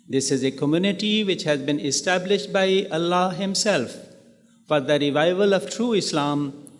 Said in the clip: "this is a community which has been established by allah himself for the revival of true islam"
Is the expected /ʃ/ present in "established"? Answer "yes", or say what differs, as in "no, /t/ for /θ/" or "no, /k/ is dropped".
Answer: yes